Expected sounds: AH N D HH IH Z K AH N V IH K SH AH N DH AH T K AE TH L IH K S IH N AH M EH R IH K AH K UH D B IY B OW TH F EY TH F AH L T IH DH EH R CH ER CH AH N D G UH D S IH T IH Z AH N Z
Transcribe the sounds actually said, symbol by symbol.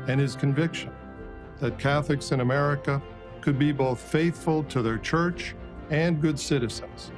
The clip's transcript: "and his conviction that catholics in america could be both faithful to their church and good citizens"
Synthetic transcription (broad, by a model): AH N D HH IH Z K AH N V IH K SH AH N DH AH T K AE TH L IH K S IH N AH M EH R IH K AH K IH D B IY B OW TH F EY TH F AH L T IH DH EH R CH ER CH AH N G UH D S IH T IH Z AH N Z